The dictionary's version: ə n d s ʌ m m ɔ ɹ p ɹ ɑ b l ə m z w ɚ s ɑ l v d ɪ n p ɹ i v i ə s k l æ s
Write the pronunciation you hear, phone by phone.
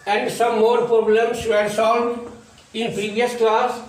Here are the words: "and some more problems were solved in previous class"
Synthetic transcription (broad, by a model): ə n d s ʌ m m ɔ ɹ p ɹ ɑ b l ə m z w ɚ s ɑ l d ɪ n p ɹ i v i ə s k l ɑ s